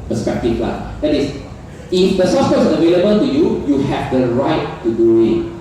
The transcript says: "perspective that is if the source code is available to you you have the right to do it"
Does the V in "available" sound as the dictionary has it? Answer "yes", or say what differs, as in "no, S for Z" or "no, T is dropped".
yes